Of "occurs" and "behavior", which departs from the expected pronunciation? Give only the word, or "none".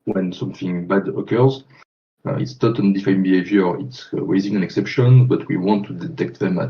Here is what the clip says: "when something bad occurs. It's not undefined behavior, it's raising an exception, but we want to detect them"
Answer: none